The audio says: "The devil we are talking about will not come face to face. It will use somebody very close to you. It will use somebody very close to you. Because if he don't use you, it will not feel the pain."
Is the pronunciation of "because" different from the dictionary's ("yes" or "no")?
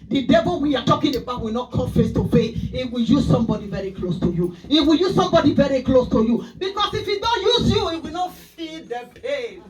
yes